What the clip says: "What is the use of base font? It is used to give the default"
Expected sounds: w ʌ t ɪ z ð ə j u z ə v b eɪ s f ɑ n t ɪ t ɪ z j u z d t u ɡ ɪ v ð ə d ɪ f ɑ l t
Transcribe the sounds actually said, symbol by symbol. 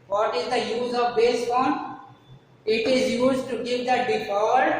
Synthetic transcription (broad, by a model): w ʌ t ɪ z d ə j u z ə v b eɪ s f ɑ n ɪ t ɪ z j u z t u ɡ ɪ v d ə d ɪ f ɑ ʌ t